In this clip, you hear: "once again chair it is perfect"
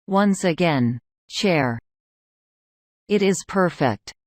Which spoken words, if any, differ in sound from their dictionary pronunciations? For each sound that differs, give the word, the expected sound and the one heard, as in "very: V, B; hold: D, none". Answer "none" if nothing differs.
chair: CH, SH